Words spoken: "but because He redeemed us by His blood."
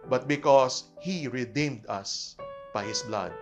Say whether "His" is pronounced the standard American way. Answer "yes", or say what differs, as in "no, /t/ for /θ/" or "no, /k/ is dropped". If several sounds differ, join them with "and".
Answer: no, /s/ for /z/